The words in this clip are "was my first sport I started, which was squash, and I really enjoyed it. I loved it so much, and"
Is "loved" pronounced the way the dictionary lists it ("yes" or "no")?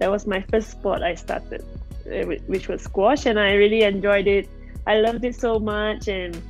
yes